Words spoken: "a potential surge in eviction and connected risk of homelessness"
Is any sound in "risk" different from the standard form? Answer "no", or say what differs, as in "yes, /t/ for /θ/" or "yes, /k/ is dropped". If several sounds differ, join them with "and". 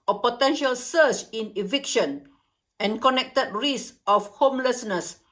yes, /k/ is dropped